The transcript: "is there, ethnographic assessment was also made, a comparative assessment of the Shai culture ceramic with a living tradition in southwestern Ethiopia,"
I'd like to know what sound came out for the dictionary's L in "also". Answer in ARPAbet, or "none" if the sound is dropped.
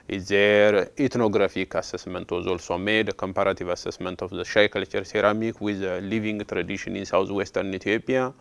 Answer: L